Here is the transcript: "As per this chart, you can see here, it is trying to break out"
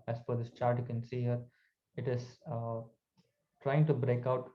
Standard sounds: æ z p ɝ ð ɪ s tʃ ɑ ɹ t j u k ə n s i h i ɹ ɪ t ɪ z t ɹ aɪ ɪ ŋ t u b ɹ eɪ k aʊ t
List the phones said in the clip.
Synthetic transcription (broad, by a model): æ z f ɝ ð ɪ s tʃ ɑ ɹ t j u k ə n s i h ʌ ɹ ɪ t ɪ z t ɹ aɪ ɪ ŋ t u b ɹ eɪ k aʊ t